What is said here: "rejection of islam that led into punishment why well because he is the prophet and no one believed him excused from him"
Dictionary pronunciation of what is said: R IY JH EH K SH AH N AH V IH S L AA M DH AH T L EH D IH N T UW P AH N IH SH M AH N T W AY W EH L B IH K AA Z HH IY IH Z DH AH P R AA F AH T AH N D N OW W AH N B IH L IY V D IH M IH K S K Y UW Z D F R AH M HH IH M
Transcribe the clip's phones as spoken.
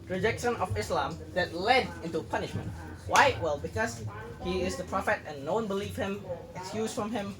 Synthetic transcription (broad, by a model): R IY JH EH K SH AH N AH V IH S L AA M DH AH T L EH D IH N T UW P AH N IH SH M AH N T W AY W EH L B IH K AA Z HH IY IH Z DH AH P R AA F AH T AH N N OW W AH N B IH L IY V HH IH M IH K S K Y UW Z F R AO M HH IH M